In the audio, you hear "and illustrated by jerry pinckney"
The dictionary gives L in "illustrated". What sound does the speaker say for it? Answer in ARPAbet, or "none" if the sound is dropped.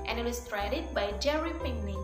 none